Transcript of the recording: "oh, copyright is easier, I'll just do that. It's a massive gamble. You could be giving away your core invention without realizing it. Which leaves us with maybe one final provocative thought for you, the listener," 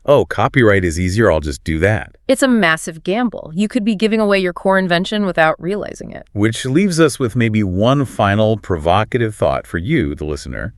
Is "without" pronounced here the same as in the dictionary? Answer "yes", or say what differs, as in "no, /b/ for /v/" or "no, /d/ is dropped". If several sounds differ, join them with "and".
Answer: yes